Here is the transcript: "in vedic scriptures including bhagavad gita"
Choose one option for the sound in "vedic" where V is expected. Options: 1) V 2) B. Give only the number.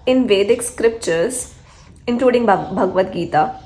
1